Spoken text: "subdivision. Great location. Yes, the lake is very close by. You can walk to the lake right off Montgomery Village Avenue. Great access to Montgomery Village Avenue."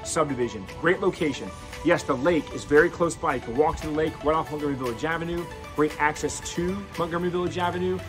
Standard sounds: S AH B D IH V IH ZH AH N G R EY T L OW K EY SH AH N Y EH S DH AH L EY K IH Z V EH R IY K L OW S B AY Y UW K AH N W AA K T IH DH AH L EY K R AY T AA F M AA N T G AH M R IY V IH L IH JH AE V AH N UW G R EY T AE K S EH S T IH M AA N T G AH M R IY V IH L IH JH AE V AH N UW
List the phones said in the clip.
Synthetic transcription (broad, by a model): S AH B D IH V IH ZH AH N G R EY T L OW K EY SH AH N Y EH S DH AH L EY K IH Z V EH R IY K L OW S B AY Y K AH W AA K T IH DH AH L EY K W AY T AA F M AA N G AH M IY V IH L IH JH AE V AH N UW G R EY T AE K S EH S T IH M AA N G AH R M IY V IH L IH JH AE V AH N UW